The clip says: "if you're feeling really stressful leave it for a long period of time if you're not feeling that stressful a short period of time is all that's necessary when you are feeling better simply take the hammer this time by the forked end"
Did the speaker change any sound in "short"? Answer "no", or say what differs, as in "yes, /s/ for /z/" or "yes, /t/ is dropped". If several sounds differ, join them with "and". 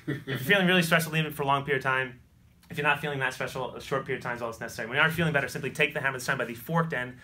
no